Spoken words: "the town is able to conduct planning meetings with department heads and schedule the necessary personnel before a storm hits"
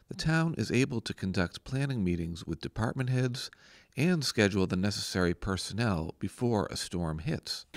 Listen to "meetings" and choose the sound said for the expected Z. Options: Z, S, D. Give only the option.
Z